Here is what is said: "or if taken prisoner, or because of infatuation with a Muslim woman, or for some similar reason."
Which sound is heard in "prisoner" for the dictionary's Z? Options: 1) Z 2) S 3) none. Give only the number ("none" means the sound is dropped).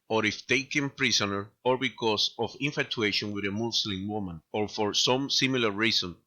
2